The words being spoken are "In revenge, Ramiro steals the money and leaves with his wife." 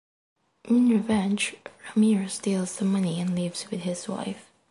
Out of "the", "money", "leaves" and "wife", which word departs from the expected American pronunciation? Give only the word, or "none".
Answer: none